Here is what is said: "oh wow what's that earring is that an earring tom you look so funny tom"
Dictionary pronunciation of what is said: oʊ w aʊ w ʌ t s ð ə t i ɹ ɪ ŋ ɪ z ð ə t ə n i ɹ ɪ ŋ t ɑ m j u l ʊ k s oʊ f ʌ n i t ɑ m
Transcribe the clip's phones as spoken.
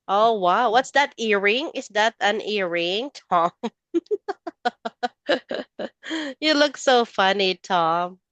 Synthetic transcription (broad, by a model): oʊ w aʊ w ʌ t s ð ə t i ɹ ɪ ŋ ɪ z ð ə t ə n i ɹ ɪ ŋ t ɑ m j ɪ l ʊ k s oʊ f ʌ n i t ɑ m